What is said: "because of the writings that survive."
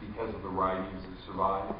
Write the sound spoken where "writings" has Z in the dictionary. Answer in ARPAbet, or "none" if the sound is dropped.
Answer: Z